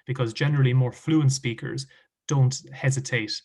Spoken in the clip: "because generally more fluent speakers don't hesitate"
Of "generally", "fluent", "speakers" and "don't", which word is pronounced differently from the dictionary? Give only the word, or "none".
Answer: none